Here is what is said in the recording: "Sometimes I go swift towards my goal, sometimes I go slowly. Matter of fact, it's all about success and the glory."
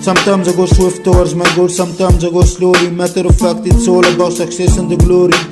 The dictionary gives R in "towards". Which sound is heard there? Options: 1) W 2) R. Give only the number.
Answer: 1